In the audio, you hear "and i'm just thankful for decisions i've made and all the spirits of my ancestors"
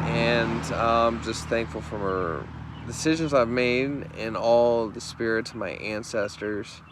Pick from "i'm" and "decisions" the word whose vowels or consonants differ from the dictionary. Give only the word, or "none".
none